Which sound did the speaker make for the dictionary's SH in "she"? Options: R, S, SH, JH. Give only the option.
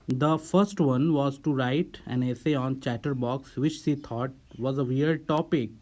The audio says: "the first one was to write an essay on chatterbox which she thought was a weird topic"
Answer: S